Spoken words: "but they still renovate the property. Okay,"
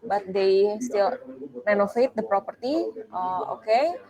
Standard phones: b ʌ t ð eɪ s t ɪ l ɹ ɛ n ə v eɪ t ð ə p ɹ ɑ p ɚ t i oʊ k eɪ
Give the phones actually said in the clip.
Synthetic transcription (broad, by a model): b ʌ t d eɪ s t ɪ l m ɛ n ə f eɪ t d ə p ɹ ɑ p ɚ t i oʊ k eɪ